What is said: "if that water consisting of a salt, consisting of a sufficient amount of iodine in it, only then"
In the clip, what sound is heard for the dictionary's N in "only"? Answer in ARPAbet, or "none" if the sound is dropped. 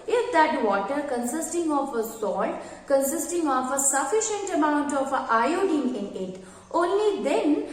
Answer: N